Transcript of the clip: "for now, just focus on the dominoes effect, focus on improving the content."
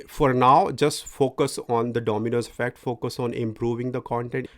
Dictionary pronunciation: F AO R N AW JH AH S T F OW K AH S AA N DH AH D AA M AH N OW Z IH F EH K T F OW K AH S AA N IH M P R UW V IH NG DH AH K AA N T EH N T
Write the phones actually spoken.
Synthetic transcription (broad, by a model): F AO R N AW JH AH S T F OW K AH S AA N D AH D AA M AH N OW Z IH F EH K T F OW K AH S AA N IH M P R UW V IH NG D AH K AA N T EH N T